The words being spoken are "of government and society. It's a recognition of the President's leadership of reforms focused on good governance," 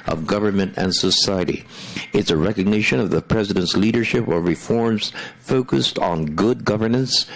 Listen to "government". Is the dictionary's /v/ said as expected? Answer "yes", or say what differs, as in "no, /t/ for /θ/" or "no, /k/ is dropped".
yes